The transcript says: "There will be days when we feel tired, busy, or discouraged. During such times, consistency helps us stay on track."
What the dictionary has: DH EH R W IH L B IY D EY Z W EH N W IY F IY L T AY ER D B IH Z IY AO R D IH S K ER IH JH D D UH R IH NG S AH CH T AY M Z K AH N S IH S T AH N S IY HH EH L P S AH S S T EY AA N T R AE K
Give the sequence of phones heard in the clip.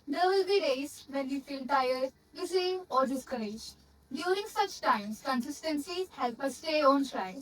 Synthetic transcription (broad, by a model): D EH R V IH L B IY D EY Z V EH N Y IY F IY L T AY ER D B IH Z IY AO R D IH S K ER IH JH D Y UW R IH NG S AH CH T AY M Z K AH N S IH S T AH N S IY HH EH L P AH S S T EY AA N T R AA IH